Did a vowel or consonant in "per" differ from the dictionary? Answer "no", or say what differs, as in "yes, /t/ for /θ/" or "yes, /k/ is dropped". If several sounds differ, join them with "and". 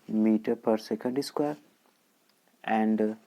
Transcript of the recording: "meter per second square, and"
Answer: no